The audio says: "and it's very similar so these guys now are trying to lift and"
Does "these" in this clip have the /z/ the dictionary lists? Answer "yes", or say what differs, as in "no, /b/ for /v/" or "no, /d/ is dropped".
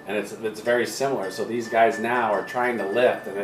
yes